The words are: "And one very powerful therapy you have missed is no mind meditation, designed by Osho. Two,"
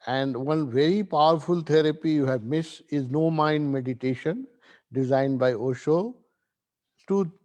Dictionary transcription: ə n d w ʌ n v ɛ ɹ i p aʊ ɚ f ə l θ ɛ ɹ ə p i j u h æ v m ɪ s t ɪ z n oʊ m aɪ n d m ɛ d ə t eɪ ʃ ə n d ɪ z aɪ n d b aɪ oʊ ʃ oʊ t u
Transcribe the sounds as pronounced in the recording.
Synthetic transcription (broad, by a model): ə n d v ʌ n v ɛ ɹ i p aʊ ɚ f ə l t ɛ ɹ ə p i j u h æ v m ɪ s ɪ z n oʊ m aɪ n d m ɛ d ə t eɪ ʃ ə n d ɪ z aɪ n d b aɪ oʊ ʃ oʊ t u